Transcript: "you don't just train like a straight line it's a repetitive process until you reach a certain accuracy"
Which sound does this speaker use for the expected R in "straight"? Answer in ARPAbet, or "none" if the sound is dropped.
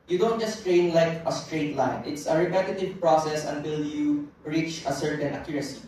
R